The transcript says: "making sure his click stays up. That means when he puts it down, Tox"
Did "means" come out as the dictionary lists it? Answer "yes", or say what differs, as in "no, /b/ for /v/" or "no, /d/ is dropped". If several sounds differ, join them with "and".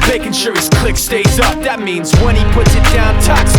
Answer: yes